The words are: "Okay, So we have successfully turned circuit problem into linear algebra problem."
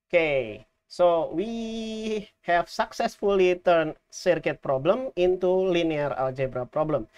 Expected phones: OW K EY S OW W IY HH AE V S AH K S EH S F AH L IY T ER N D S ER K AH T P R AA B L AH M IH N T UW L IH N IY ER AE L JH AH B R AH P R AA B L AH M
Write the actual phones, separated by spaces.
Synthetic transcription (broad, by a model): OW K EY S OW W IY HH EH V S AH K S EH S F AH L IY T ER N S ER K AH T P R AA B L AH M IH N T UW L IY N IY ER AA L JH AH B R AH P R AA B L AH M